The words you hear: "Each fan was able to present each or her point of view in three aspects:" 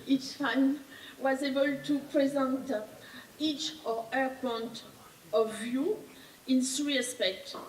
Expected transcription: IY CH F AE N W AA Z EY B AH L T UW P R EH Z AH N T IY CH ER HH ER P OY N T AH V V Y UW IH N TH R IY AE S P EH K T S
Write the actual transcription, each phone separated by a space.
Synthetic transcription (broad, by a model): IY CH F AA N W AA Z EY B AH L T UW P R EH Z AH N T IY CH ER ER P OY N T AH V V Y UW IH N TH R IY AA S P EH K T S